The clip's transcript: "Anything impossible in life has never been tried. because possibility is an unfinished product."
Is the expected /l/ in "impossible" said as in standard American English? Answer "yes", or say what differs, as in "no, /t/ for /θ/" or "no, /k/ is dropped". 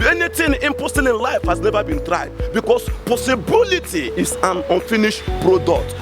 no, /n/ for /l/